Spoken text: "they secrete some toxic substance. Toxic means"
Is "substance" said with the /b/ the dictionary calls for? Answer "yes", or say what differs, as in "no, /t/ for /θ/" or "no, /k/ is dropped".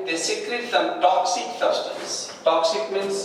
no, /b/ is dropped